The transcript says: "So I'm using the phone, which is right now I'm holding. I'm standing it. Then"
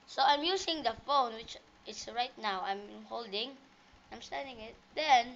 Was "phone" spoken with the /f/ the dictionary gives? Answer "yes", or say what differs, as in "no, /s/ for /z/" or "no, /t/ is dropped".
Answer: yes